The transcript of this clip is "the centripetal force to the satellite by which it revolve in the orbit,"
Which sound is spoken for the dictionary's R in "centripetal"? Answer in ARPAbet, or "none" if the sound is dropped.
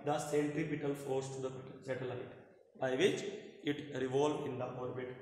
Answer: R